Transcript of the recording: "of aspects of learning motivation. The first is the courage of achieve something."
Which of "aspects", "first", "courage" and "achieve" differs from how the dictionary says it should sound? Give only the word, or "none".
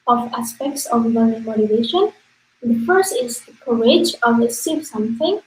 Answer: achieve